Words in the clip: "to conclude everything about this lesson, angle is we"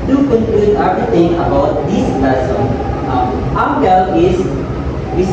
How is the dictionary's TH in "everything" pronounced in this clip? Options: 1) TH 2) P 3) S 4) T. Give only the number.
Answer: 4